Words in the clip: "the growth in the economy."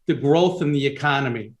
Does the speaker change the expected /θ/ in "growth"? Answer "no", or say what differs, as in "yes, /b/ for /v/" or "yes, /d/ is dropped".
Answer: no